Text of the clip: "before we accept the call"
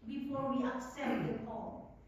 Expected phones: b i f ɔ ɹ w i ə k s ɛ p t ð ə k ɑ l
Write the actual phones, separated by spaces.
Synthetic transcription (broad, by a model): b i f ɔ ɹ w i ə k s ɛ t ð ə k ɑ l